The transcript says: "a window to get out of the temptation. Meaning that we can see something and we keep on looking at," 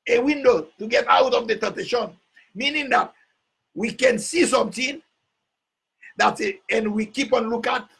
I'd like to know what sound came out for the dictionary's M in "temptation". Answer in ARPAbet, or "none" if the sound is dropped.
none